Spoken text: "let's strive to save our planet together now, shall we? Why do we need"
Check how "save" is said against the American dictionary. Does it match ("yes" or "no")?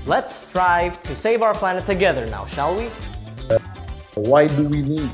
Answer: yes